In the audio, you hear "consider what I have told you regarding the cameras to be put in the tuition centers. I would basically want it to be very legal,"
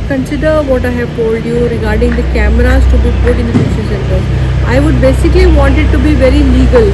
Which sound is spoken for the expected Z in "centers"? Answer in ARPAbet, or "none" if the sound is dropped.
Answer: none